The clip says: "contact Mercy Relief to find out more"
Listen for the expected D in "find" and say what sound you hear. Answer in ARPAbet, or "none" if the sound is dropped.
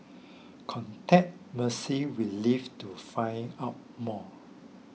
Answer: none